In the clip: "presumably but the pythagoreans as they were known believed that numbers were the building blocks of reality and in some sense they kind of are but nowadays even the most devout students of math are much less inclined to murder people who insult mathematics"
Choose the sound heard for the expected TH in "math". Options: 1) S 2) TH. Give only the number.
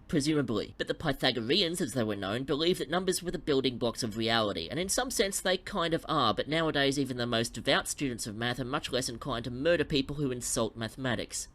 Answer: 2